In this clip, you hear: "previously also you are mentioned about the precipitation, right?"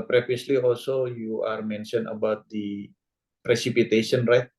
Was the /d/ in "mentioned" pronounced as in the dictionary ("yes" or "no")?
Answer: no